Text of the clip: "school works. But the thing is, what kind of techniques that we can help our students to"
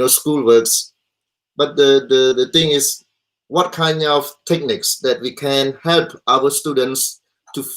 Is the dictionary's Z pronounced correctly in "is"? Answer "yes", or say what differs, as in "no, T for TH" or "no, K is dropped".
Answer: no, S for Z